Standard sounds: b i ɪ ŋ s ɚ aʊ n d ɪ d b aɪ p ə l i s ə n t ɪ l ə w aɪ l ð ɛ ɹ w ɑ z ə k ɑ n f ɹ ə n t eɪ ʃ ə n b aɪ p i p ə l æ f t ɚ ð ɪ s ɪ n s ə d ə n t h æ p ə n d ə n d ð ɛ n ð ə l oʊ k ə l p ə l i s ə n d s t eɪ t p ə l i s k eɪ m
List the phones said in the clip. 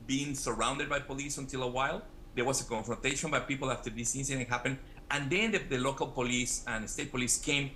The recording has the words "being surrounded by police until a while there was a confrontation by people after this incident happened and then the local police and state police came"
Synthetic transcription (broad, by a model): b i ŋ s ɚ aʊ n d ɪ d b aɪ p ə l i s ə n t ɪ l ə w aɪ l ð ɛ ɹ w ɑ s ə k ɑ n f ɹ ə n t eɪ ʃ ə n b aɪ p i p l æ f t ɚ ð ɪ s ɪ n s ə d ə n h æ p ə n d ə n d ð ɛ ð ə l oʊ k ə l p ə l i s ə n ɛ s t eɪ t p ə l i s k eɪ m